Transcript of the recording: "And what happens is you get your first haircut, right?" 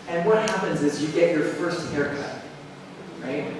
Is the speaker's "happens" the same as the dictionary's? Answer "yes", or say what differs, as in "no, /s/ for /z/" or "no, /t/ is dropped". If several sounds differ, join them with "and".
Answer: yes